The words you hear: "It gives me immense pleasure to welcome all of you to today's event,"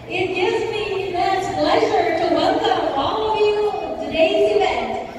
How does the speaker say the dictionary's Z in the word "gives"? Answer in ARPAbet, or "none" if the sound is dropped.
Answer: Z